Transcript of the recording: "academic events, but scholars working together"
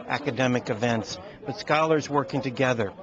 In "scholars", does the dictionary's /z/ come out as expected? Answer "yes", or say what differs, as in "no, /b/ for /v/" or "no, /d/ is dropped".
yes